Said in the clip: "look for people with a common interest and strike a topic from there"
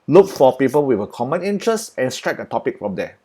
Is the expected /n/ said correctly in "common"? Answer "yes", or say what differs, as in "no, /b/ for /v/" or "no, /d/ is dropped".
yes